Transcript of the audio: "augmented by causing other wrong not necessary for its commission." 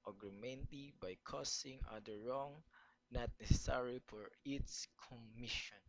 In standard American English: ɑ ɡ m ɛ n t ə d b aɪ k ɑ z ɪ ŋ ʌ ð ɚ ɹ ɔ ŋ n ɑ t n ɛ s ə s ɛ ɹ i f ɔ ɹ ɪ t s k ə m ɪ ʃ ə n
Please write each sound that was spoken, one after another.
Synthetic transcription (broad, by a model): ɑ ɡ m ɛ n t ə b aɪ k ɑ s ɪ ŋ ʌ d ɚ ɹ ɔ ŋ n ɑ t n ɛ s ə s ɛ ɹ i f ɔ ɹ ɪ t s k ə m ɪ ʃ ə n